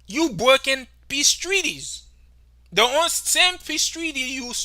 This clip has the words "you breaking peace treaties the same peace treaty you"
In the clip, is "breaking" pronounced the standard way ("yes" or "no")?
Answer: no